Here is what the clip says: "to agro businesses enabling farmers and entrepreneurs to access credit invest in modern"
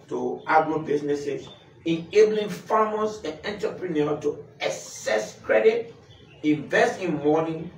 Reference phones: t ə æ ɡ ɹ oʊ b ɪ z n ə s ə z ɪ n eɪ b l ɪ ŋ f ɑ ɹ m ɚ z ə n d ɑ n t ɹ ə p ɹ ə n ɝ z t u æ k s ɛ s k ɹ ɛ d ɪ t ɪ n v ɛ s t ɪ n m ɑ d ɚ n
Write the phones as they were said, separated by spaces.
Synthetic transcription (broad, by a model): t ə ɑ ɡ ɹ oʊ b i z n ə s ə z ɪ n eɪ b l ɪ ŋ f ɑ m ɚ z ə n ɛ n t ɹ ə p ɹ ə n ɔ t u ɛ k s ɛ s k ɹ ɛ d ɪ t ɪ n v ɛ s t ɪ n m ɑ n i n